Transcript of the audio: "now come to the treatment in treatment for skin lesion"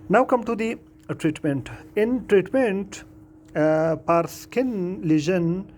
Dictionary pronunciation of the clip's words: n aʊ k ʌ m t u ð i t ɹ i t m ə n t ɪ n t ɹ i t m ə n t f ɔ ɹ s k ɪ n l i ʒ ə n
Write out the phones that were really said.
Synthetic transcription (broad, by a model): n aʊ k ʌ m t u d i t ɹ i t m ə n t ɪ n t ɹ i t m ə n t p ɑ ɹ s k ɪ n l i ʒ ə n